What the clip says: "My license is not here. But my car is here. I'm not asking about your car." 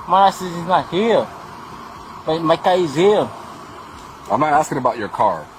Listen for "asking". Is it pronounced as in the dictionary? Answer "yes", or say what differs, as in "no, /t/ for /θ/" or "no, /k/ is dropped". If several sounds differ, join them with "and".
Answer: yes